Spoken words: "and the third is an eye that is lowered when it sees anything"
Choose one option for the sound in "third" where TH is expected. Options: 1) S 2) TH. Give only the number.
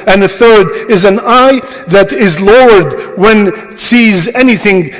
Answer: 2